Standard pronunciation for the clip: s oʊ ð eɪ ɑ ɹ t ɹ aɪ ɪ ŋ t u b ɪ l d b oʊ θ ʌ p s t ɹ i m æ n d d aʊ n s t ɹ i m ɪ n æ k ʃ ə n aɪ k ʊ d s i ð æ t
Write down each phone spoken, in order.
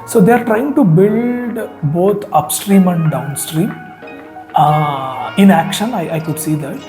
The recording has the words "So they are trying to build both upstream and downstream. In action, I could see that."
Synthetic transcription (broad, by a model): s oʊ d eɪ ɑ ɹ t ɹ aɪ ɪ ŋ t u b ɪ l d b oʊ t ʌ p s t ɹ i m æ n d d aʊ n s t ɹ i m ɪ n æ k ʃ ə n aɪ k ʊ d s i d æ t